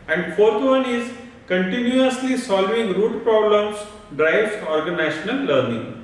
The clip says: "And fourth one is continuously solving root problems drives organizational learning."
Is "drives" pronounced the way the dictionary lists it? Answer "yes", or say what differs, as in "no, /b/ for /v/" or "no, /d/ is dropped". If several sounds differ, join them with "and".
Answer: no, /z/ is dropped